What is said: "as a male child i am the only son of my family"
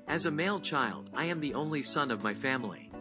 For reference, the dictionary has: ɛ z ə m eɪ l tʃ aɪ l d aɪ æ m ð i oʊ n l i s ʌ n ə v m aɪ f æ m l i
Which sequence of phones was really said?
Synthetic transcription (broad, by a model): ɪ z ə m eɪ l tʃ aɪ l d aɪ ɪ m ð i oʊ n l i s ʌ n ə v m aɪ f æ m l i